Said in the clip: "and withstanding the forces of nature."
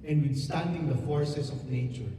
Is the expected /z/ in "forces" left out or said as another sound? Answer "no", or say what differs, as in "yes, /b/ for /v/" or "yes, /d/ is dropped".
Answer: yes, /s/ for /z/